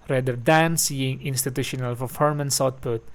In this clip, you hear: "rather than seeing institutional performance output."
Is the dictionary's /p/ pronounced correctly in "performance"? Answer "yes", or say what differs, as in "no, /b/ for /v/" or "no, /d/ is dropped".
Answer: no, /f/ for /p/